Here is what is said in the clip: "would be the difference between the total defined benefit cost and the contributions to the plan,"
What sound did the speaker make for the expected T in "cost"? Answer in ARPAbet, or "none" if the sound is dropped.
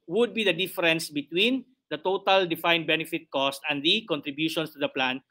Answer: T